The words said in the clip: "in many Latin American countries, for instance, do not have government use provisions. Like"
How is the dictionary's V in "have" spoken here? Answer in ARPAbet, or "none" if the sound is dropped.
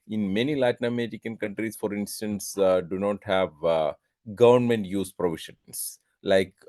V